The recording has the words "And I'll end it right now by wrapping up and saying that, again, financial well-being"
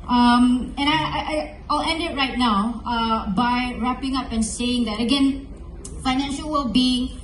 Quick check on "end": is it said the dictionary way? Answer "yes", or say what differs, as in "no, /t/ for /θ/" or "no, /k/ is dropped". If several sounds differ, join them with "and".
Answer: yes